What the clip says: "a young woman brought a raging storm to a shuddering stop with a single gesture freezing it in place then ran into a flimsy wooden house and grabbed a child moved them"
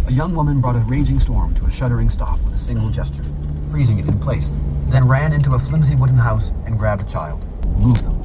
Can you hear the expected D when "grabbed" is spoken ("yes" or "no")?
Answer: yes